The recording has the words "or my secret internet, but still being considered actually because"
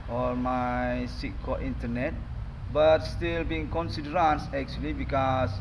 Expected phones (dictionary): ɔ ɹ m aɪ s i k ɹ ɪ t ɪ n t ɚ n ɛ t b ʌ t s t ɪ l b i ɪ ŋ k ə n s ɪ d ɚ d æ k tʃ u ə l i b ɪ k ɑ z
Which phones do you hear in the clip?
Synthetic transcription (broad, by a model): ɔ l m aɪ s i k ɪ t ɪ n t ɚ n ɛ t b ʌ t s t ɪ l b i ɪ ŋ k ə n s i d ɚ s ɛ k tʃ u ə l i b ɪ k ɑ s